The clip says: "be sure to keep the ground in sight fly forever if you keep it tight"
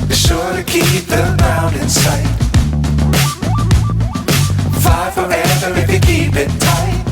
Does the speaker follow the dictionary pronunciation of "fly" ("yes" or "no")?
no